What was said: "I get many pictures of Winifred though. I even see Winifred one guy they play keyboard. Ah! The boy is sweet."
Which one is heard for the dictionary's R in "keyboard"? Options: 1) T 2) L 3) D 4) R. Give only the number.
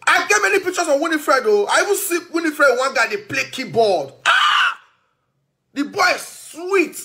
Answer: 2